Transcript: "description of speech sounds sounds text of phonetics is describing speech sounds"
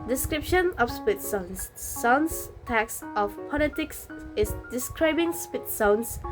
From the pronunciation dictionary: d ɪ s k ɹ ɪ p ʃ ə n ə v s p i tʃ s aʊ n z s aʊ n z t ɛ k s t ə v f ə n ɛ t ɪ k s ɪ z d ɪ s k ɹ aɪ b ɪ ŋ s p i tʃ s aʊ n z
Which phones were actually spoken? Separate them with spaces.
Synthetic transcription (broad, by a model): d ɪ s k ɹ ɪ p ʃ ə n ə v s p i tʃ s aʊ n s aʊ n s t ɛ k s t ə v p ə l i t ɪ k s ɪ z d ɪ s k ɹ aɪ b ɪ ŋ s p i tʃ s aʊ n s